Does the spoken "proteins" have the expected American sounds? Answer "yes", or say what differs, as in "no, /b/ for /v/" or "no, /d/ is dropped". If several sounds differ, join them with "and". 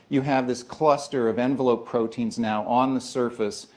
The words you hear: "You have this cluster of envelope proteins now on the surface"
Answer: yes